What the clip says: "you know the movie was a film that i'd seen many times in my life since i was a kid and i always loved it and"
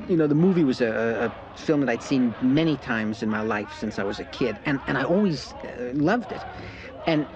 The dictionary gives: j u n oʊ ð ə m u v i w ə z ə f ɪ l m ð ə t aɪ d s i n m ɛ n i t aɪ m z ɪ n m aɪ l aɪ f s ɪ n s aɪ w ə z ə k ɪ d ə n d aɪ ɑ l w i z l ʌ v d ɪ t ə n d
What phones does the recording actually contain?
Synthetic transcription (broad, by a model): j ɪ n oʊ ð ə m u v i w ə z ə f ɪ l m ð ə t aɪ d s i n m ɛ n i t aɪ m z ɪ n m aɪ l aɪ f s ɪ n s aɪ w ə z ə k ɪ d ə n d aɪ ɑ l w i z l ʌ v d ɪ t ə n